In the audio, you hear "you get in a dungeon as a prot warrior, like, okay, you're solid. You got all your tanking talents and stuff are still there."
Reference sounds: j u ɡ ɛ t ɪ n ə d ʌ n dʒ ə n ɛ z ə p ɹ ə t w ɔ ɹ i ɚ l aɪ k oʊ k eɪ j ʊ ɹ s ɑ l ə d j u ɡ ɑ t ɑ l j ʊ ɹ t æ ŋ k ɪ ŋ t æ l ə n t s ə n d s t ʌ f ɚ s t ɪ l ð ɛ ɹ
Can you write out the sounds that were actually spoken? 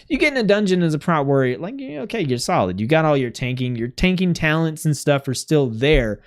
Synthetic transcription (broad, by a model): j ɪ ɡ ɛ t ɪ n ə d ʌ n dʒ ə n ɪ z ə p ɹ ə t w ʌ ɹ i l aɪ k oʊ k eɪ j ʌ ɹ s ɑ l ə d j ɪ ɡ ɑ t ɑ l j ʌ ɹ t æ ŋ k ɪ ŋ t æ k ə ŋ t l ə n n s t ʌ f ɚ s t ɪ l ð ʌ ɹ